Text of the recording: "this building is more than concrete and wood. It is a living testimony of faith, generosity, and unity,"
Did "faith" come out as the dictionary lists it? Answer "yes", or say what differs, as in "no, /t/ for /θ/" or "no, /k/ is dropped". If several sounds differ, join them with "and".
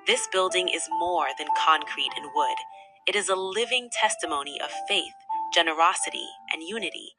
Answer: yes